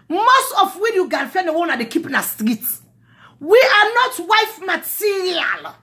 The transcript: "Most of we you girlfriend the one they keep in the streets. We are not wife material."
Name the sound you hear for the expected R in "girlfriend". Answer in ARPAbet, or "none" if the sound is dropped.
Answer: none